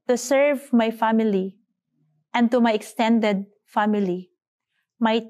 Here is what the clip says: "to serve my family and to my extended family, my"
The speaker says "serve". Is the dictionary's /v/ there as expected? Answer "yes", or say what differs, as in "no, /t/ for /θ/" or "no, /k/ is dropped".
yes